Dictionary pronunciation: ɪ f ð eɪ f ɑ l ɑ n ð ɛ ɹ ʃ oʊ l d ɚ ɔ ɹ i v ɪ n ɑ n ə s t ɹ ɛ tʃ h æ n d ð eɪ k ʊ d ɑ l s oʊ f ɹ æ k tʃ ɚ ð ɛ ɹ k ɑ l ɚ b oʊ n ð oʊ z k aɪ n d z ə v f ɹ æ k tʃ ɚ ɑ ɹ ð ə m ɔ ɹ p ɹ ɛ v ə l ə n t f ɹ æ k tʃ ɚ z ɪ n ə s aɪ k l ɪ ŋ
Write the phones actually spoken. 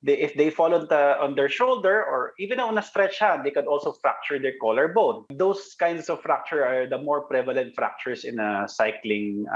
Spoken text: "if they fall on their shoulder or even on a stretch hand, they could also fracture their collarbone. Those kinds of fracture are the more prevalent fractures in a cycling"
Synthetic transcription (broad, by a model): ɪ f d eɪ f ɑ l ɑ n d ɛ ɹ ʃ oʊ l d ɚ ɔ ɹ i v ɪ n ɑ n ə s t ɹ ɛ tʃ h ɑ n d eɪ k ʊ d ɑ l s oʊ f ɹ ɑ k tʃ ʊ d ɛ ɹ k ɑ l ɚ b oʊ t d oʊ s k aɪ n d s ə v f ɹ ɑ k tʃ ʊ ɑ ɹ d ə m ɔ ɹ p ɹ ɛ v ə l ə n t f ɹ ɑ k tʃ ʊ s ɪ n ə s aɪ k l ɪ ŋ